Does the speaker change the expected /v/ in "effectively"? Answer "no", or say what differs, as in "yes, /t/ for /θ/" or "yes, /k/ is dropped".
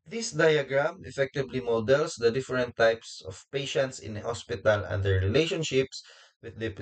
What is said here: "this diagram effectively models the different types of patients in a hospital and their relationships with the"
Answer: yes, /b/ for /v/